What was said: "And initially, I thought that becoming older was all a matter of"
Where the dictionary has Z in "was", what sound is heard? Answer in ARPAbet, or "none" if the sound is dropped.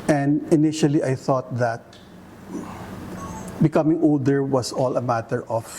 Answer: S